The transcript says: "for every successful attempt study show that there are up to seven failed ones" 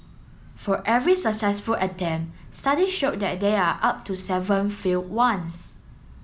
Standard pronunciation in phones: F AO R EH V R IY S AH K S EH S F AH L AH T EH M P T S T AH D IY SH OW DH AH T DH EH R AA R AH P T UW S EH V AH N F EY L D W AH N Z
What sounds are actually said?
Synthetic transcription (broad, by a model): F AO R EH V R IY S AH K S EH S F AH L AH T EH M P S T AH D IY SH OW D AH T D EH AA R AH P T UW S EH V AH N F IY L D W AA N S